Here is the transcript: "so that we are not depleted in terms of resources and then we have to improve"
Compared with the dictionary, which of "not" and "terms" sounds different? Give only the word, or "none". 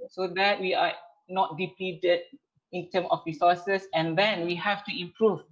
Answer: terms